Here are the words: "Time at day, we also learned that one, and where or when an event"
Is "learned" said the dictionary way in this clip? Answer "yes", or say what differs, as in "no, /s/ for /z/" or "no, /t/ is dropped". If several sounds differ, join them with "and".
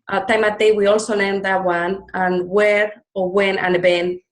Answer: no, /n/ is dropped